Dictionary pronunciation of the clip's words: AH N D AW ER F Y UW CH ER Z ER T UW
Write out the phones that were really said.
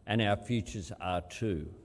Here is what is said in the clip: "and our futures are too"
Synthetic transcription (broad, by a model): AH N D AW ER F Y UW CH ER Z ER T UW